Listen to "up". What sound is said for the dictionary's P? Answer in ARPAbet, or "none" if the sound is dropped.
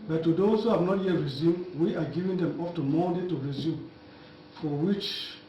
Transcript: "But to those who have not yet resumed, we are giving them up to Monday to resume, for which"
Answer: F